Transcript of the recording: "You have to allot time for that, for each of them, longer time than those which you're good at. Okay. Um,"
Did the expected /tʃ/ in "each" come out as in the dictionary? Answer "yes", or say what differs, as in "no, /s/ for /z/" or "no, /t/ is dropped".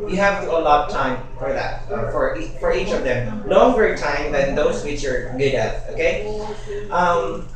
yes